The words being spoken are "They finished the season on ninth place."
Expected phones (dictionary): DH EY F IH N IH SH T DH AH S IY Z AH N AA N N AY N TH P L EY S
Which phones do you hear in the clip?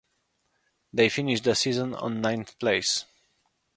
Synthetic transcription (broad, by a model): DH EY F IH N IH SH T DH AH S IY Z AH N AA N N AY N TH P L EY S